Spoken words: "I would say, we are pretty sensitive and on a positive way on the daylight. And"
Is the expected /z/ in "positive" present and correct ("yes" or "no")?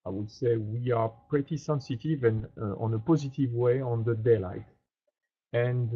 yes